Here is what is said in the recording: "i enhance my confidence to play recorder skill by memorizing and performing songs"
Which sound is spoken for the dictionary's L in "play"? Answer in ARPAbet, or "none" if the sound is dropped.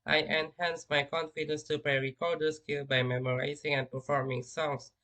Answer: none